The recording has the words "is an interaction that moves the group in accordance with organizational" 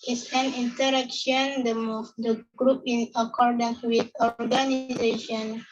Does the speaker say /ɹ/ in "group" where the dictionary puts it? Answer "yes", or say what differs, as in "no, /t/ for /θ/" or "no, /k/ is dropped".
yes